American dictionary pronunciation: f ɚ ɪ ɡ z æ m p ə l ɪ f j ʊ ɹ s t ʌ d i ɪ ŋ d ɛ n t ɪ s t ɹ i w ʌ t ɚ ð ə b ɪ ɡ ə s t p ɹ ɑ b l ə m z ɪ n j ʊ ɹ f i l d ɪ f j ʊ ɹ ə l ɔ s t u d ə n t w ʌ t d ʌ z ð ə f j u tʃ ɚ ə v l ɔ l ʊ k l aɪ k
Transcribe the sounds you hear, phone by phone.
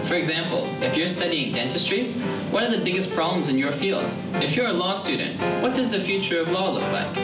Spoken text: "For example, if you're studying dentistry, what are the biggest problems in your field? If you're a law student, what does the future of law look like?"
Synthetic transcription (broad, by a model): f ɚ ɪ ɡ z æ m p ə l ɪ f j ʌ ɹ s t ʌ d i ɪ ŋ d ɛ n t ɪ s t ɹ i w ʌ t ɚ ð ə b ɪ ɡ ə s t p ɹ ɑ b l ə m z ɪ n j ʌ ɹ f i l d ɪ f j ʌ ɹ ə l ɔ s t u d n t w ʌ t d ʌ z ð ə f j u tʃ ɚ ə v l ɔ l ʊ k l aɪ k